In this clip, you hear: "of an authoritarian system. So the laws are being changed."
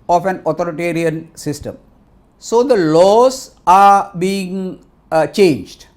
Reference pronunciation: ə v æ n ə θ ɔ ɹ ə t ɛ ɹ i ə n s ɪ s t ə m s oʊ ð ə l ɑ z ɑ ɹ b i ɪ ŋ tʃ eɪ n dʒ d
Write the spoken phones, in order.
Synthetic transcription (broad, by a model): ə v æ n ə t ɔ ɹ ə t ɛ ɹ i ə n s ɪ s t ə m s oʊ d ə l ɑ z ɑ ɹ b i ɪ ŋ tʃ eɪ n dʒ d